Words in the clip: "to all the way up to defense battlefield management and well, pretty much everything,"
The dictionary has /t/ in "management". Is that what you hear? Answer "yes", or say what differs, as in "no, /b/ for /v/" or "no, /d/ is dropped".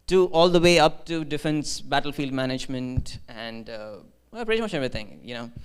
yes